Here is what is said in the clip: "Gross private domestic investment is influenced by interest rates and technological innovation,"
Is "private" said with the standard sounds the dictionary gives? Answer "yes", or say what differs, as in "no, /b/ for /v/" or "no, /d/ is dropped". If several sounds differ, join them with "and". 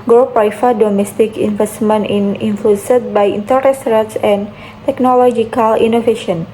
no, /f/ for /v/